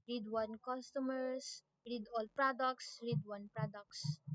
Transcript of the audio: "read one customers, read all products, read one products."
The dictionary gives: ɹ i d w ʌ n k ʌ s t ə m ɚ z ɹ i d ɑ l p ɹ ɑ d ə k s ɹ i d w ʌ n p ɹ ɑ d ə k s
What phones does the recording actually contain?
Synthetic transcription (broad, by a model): ɹ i d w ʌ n k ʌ s t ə m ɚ s ɹ i d ɑ l p ɹ ɑ d ə k s ɹ i d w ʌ n p ɹ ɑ d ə k s